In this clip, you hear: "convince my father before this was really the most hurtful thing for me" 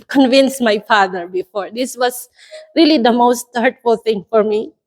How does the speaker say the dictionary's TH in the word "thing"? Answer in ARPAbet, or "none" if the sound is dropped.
T